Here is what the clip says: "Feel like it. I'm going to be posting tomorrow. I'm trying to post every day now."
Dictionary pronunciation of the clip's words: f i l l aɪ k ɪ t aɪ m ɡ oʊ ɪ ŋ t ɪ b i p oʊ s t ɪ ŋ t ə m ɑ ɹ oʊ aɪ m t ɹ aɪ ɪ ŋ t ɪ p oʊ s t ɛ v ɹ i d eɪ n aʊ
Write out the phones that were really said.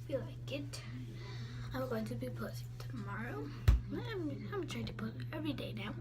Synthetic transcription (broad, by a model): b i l l aɪ k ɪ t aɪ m ɡ oʊ ɪ ŋ t ɪ b i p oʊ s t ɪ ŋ t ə m ɑ ɹ oʊ aɪ m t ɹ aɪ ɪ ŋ t ɪ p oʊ t ɛ v ɹ i d eɪ n aʊ